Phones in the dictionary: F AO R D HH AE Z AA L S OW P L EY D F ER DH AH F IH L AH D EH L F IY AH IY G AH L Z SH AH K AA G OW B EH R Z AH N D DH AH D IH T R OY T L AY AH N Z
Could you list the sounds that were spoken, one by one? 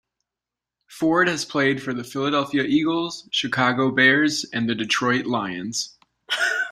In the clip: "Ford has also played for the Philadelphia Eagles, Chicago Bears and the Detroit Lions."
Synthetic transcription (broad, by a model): F AO R D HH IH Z P L EY D F ER DH AH F IH L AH D EH L F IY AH IY G L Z SH AH K AA G OW B EH R Z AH N DH AH D IH T R OY T L AY AH N Z